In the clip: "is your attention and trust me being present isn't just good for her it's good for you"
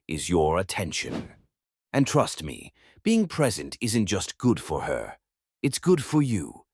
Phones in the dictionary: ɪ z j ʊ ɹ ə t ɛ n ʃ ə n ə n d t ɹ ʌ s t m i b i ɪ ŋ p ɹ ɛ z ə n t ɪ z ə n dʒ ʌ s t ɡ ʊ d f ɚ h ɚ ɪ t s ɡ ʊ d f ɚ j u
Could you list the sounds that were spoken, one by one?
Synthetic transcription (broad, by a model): ɪ z j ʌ ɹ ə t ɛ n ʃ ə n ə n t ɹ ʌ s t m i b i ɪ ŋ p ɹ ɛ z ə n t ɪ z ə n dʒ ʌ s t ɡ ʊ d f ɚ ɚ ɪ t s ɡ ʊ d f ɚ j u